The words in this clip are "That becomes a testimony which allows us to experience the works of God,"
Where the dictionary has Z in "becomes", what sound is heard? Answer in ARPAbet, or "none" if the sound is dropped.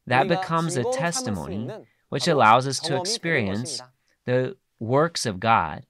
Z